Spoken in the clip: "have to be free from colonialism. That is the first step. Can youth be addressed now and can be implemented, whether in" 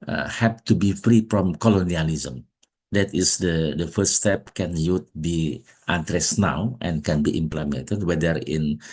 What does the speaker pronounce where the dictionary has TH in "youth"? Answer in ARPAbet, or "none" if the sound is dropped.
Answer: T